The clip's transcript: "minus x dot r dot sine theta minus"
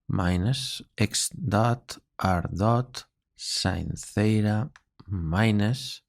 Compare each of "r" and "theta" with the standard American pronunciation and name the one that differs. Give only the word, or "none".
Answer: none